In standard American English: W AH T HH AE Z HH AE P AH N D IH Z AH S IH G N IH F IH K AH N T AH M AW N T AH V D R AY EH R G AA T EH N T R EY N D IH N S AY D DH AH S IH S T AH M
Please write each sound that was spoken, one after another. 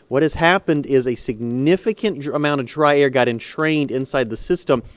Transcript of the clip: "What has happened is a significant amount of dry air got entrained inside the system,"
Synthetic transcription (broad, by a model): W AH T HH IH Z HH AE P AH N D IH Z AH S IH G N IH F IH K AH N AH M AW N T AH V D R AY EH R G AA T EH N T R EY N D IH N S AY D DH AH S IH S T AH M